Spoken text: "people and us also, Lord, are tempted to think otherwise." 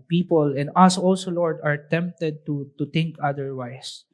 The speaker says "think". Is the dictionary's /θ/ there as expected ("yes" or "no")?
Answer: no